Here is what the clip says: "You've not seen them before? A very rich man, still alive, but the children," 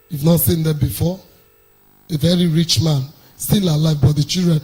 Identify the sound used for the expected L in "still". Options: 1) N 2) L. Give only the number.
1